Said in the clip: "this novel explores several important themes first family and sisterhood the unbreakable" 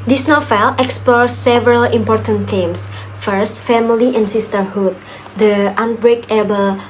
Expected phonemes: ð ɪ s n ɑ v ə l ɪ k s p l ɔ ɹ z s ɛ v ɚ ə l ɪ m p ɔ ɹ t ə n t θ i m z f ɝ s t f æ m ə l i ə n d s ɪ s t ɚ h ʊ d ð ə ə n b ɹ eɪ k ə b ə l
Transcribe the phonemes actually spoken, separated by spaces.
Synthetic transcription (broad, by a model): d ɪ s n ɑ f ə l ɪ k s p l ɔ ɹ s ɛ v ɚ ə l ɪ m p ɔ ɹ t ə n t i m s f ɝ s t f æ m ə l i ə n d s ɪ s t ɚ h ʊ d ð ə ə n b ɹ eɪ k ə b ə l